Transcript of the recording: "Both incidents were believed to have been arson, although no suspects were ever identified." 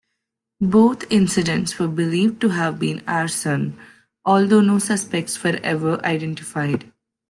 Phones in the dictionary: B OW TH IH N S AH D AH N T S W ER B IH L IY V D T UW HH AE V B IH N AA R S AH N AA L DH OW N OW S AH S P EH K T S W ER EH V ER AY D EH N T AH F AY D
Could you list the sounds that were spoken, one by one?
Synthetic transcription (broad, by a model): B OW T IH N S AH D AH N T S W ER B IH L IY V D T UW HH AE V B IH N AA R S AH N AA L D OW N OW S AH S P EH K T S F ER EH V ER AY D EH N T AH F AY D